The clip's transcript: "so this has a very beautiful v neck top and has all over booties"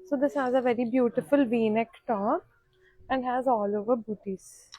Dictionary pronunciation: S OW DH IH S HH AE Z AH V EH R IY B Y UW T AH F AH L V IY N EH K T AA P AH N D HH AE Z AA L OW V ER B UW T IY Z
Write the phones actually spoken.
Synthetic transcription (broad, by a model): S OW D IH S HH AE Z AH V EH R IY B Y UW T AH F AH L V IY N EH K T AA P AH N D HH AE Z AA L OW V ER B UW T IY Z